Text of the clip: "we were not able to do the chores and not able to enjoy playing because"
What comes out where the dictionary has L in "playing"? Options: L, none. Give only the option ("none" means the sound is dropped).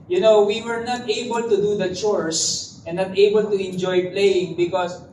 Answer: L